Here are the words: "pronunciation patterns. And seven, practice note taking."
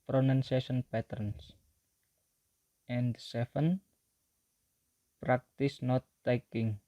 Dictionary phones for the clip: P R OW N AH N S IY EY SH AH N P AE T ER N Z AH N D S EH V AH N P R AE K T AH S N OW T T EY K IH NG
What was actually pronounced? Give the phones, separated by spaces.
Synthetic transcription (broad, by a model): P R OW N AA N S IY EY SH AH N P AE T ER N S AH N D S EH F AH N P R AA K T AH S N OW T T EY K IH NG